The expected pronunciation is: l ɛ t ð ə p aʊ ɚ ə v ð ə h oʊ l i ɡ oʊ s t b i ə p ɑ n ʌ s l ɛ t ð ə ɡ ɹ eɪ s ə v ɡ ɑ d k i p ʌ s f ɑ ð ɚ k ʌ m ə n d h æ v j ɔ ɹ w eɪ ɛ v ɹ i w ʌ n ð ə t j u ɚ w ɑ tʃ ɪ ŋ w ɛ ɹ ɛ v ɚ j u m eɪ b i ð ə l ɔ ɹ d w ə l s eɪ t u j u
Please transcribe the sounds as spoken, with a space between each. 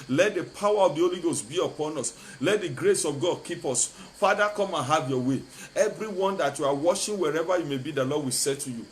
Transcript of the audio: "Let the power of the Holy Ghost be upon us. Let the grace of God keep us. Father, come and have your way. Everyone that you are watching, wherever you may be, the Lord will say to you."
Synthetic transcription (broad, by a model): l ɛ t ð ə p aʊ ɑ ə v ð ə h oʊ l i ɡ oʊ s t b i ə p ɑ n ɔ s l ɛ t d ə ɡ ɹ eɪ s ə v ɡ ɑ d k i p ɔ s f ɑ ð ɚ k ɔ m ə n h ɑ v j ɔ w eɪ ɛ v ɹ i w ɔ n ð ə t j u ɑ w ɑ ʃ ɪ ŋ w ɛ ɹ ɛ v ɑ j u m eɪ b i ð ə l ɔ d w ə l s eɪ t u j u